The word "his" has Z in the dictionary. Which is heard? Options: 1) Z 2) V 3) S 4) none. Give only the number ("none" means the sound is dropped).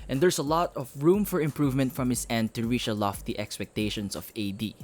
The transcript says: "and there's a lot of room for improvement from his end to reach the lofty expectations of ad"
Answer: 3